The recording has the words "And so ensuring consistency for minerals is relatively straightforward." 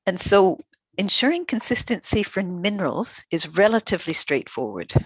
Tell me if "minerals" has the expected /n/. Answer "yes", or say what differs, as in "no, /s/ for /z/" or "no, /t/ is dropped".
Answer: yes